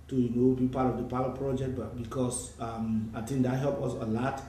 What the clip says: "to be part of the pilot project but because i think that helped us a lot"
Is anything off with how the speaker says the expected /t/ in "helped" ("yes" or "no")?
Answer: yes